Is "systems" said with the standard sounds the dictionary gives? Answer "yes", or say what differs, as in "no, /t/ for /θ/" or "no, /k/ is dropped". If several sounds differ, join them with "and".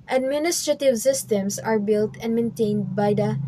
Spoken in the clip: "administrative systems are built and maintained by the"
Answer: no, /s/ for /z/